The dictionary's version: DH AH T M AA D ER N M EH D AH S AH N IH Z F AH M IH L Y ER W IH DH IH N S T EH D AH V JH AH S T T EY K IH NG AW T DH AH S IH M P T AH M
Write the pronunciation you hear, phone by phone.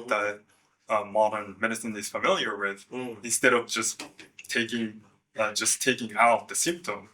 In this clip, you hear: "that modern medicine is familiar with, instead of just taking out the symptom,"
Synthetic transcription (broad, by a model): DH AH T M AA D ER N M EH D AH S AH N IH Z F AH M IH L Y ER W IH DH IH N S T EH D AH V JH AH S T T EY K IH NG AW T DH AH S IH M P T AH M